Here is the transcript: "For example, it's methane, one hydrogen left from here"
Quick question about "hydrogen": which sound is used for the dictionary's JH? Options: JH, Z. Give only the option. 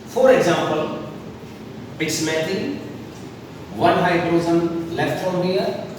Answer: Z